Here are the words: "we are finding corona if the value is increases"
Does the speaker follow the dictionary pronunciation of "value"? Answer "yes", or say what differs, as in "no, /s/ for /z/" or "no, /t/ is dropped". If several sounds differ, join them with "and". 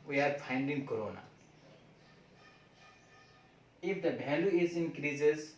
no, /b/ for /v/